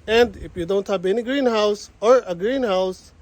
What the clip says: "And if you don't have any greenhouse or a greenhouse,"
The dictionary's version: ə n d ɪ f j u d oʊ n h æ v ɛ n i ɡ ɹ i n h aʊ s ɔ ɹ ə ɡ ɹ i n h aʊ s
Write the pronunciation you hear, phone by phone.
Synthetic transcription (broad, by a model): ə n d ɪ f j u d oʊ n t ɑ p ɛ n i ɡ ɹ i n h aʊ s ɔ ɹ ə ɡ ɹ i n h aʊ s